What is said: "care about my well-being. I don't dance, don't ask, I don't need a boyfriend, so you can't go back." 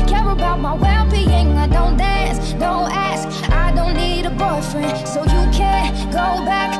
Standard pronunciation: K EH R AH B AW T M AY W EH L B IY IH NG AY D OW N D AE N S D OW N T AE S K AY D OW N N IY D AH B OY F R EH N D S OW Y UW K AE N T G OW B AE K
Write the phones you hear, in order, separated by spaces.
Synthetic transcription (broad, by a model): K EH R AH B AW T M AY W EH L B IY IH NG AY D OW N D AE N S D OW N T AE S K AY D OW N N IY D AH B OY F R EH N S OW Y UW K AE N G OW B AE K